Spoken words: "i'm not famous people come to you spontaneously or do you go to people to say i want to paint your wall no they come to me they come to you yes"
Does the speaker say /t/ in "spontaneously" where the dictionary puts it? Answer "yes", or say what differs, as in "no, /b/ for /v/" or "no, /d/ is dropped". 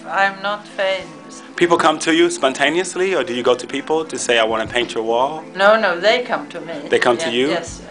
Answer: yes